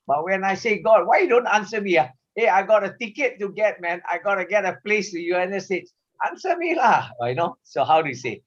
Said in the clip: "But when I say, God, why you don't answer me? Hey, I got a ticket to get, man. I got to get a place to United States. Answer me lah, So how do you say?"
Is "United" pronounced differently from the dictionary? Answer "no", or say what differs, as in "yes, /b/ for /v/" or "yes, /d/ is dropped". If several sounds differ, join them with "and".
yes, /n/ is dropped